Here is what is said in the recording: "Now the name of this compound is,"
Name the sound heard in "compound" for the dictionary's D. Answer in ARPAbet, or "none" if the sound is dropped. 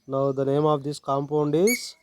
D